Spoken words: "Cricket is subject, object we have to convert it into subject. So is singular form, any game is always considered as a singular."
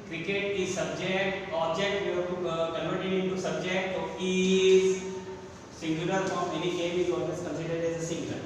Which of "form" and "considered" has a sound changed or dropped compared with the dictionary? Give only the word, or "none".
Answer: form